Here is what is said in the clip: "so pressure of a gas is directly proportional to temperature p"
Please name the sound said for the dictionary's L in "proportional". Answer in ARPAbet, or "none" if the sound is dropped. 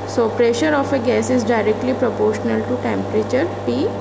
L